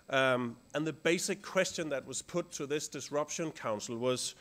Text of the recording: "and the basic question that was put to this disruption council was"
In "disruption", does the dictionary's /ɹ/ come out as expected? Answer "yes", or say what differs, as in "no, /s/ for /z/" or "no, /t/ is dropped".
yes